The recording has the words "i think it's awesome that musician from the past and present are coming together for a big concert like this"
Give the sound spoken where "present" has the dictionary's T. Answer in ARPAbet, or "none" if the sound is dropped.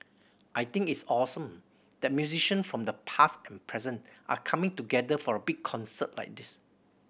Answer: T